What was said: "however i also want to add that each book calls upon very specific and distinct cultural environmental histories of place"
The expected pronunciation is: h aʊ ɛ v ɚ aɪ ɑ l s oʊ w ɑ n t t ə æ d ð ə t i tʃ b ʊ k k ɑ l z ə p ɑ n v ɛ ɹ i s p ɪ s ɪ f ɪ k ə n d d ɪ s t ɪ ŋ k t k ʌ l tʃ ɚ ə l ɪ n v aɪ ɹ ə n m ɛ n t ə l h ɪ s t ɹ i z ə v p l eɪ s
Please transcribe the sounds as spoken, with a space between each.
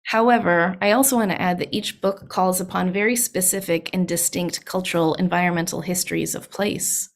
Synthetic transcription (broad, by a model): h aʊ ɛ v ɚ aɪ ɑ l s oʊ w ɑ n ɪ t æ d ð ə t i tʃ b ʊ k k ɑ l z ə p ɑ n v ɛ ɹ i s p ɪ s ɪ f ɪ k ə n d d ɪ s t ɪ ŋ k t k ʌ l tʃ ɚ l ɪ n v aɪ ɹ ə n m ɛ n t l h ɪ s t ɹ i z ə v p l eɪ s